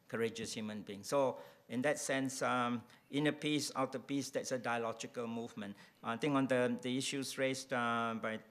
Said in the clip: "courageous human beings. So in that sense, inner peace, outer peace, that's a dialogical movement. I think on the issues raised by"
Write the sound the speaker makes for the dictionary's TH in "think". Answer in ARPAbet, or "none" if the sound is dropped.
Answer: T